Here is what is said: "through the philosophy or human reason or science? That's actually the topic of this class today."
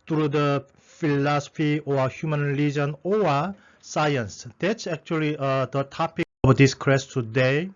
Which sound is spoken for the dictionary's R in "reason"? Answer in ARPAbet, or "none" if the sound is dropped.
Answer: L